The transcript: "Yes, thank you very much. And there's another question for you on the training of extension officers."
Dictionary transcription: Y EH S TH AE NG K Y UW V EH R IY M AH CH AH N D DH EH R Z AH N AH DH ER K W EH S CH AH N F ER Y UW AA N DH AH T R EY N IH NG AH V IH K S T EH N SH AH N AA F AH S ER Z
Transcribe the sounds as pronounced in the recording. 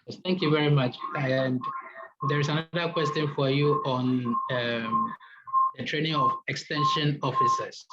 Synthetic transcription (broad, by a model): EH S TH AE NG K Y UW V EH R IY M AH CH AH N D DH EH R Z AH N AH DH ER K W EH S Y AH N F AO Y UW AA N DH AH T R EY N IH NG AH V IH K S T EH N SH AH N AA F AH S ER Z